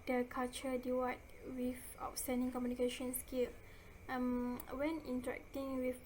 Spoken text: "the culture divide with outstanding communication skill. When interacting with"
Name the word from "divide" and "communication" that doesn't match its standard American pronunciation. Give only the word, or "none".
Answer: divide